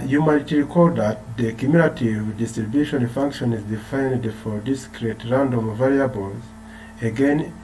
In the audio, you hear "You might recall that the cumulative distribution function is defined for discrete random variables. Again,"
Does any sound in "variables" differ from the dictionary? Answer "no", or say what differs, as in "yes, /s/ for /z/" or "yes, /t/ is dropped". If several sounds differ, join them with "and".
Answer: no